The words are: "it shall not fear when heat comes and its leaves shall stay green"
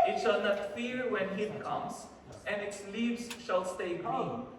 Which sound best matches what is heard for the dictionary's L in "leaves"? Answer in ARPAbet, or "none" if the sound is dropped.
L